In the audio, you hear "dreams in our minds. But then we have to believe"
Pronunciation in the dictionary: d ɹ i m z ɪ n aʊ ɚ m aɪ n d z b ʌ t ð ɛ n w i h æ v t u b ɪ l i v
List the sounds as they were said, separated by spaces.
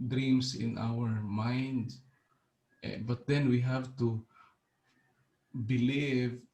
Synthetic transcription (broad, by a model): d ɹ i m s ɪ n aʊ ɚ m aɪ n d b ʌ t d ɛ n w i h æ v t u b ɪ l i v